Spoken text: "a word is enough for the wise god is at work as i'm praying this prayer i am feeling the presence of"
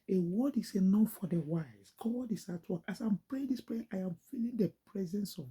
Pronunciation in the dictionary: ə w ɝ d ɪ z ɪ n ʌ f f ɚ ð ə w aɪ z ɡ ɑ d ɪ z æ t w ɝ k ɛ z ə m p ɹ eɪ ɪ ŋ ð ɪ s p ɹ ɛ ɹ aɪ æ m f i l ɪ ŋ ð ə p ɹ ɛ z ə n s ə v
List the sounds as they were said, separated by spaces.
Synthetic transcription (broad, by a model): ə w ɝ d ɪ s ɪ n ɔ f f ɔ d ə w aɪ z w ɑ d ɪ s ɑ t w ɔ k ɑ s ə m p ɹ eɪ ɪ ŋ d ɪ s p ɹ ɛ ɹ aɪ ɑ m f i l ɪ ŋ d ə p ɹ ɛ z ə n s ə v